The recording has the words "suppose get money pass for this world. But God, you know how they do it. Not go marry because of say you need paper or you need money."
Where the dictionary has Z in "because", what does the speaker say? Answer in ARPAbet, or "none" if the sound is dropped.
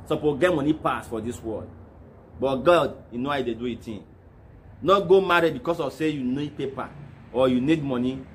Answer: S